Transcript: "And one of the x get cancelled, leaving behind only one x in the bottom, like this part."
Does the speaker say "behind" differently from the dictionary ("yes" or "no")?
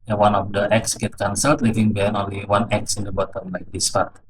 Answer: yes